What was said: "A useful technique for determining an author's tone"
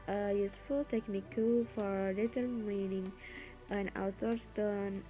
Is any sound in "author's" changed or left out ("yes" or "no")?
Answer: yes